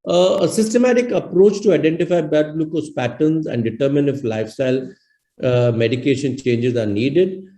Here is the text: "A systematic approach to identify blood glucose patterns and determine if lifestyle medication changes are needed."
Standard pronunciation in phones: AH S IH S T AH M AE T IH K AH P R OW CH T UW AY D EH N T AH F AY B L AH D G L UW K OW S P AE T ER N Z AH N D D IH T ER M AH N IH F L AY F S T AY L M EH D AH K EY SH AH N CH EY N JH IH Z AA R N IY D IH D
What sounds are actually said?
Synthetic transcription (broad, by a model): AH S IH S T AH M AE T IH K AH P R OW CH T UW AY D EH N T AH F AY B AH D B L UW K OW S P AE T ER N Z AH N D D IH T ER M AH N IH F L AY F S T AY L M EH D AH K EY SH AH N CH EY N JH IH Z AA R N IY D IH D